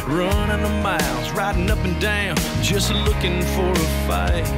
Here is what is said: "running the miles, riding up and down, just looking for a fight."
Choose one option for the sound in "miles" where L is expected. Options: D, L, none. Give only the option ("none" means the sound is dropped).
L